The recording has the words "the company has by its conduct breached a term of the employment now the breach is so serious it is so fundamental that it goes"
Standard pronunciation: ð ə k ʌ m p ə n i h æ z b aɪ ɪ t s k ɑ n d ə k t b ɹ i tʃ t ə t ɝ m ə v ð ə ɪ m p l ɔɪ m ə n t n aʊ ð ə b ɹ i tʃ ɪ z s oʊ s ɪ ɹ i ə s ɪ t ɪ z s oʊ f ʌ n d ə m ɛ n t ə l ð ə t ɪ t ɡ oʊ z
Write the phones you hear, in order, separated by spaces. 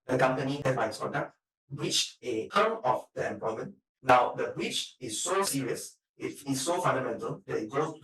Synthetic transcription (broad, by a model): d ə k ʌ m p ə n i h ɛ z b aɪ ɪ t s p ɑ d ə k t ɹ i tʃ ə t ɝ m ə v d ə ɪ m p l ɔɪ m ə n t n aʊ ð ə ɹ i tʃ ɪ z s oʊ s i ɹ i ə s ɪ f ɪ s s oʊ f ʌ n d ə m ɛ n t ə l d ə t ɪ t ɡ oʊ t